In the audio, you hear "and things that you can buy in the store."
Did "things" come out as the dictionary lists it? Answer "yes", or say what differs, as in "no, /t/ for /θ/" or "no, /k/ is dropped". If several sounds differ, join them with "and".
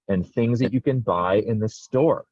yes